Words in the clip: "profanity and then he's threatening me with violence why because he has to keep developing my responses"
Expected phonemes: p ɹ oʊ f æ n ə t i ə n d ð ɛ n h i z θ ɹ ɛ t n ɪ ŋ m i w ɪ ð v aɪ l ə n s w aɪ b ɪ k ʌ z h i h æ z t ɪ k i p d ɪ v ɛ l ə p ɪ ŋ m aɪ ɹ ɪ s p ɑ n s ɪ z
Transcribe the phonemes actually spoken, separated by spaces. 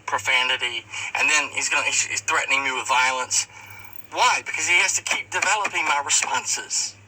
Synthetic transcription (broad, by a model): p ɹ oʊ f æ n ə t i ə n ð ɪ n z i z θ ɹ ɛ t n ɪ ŋ m i w ɪ ð v aɪ l ə n s w aɪ b ɪ k ʌ z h i h æ z t ɪ k i p d ɪ v ɛ l ə p ɪ ŋ m aɪ ɹ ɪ s p ɑ n s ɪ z